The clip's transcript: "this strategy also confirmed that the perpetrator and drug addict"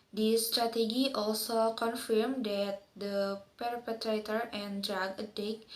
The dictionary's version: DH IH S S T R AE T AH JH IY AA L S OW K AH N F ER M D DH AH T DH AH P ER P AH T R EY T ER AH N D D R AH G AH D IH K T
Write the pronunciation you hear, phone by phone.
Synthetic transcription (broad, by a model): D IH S S T R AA T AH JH IY AA L S OW K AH N F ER M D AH T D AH P ER P AH T R EY T ER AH N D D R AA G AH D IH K